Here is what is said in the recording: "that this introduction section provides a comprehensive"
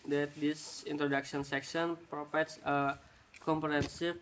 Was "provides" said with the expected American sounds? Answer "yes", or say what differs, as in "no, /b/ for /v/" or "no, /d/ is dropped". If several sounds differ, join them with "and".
no, /f/ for /v/